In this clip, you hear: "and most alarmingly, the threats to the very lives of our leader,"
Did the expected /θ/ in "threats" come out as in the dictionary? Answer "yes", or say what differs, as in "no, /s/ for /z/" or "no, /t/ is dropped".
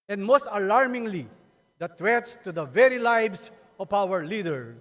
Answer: no, /t/ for /θ/